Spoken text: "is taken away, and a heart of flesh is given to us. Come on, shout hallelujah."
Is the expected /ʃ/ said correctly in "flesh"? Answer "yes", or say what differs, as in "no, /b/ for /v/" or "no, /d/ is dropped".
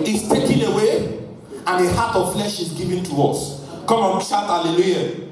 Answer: yes